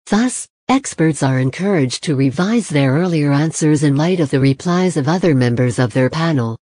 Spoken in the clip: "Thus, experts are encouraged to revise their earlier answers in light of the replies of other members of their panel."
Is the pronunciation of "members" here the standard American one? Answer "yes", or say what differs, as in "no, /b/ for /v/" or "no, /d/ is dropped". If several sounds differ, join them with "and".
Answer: yes